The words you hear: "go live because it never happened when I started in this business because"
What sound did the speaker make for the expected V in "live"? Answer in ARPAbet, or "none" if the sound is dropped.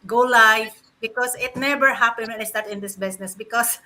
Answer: F